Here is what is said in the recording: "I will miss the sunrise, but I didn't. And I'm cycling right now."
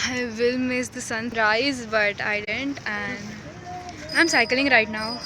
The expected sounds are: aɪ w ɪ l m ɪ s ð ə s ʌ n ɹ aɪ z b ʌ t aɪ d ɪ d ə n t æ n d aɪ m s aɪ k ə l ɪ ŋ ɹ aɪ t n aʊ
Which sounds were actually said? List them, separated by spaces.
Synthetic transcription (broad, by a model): aɪ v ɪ l m ɪ s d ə s ʌ n ɹ aɪ z b ʌ t aɪ d ɪ d ə n t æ n d aɪ m s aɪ k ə l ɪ ŋ ɹ aɪ t n aʊ